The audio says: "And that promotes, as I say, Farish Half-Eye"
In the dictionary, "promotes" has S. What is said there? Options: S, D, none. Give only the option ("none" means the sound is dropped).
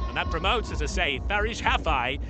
S